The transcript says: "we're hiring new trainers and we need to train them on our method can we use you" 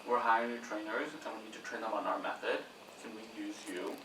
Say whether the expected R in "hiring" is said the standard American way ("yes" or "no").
no